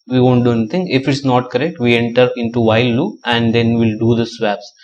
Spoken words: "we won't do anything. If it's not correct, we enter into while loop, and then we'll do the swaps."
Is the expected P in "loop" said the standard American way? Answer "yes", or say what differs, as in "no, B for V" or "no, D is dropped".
no, P is dropped